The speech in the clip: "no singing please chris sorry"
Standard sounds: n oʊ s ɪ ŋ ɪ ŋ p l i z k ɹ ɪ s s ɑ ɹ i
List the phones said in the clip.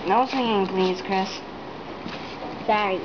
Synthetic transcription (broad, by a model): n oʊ s ɪ ŋ ɪ ŋ p l i z k ɹ ɪ s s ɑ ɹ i